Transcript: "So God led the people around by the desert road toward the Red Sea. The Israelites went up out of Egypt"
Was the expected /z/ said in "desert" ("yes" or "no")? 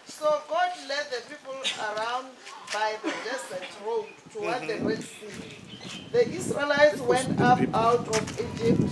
no